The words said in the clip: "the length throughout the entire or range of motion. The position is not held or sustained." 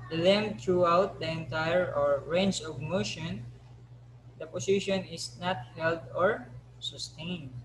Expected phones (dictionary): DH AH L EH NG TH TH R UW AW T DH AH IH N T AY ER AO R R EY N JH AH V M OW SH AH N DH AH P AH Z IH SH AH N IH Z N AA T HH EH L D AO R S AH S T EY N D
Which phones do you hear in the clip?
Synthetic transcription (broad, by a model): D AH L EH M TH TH R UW AW T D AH IH N T AY ER AO R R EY N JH AH V M OW SH AH N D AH P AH S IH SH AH N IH S N AA T HH EH L D AO R S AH S T EY N D